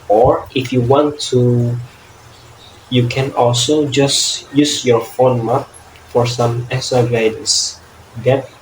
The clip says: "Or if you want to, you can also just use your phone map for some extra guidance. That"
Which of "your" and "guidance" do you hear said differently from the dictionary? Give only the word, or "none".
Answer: guidance